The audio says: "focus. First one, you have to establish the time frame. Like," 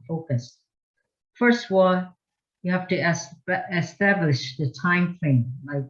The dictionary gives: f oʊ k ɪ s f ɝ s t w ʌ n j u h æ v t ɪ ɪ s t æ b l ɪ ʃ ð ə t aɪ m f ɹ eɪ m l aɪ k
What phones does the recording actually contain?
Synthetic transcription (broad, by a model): f oʊ k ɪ s f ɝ s t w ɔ l j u h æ f t ɪ ɪ s t æ b l ɪ ʃ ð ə t aɪ m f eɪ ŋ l aɪ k